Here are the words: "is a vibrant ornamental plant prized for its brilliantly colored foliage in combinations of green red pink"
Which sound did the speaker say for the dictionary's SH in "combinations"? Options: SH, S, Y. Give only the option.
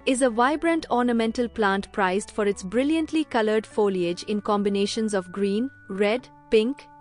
SH